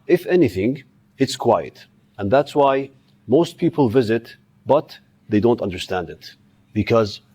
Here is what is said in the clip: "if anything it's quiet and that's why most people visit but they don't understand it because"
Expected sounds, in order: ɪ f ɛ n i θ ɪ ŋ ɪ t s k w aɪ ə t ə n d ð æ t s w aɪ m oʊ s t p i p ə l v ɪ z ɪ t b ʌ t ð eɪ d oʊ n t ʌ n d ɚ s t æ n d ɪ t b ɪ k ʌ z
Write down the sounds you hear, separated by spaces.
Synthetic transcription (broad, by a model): ɪ f ɛ n i θ ɪ ŋ ɪ t s k w aɪ ə t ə n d ð æ t s w aɪ m oʊ s t p i p ə l v ɪ z ɪ t b ʌ t ð eɪ d oʊ n t ʌ n d ɚ s t æ n d ɪ t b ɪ k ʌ z